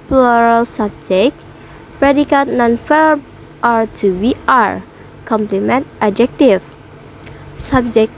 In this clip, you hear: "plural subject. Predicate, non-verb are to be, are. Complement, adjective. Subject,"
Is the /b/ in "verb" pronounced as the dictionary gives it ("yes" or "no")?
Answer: no